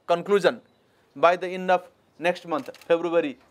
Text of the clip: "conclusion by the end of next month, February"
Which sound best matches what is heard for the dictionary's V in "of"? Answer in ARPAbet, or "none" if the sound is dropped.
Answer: P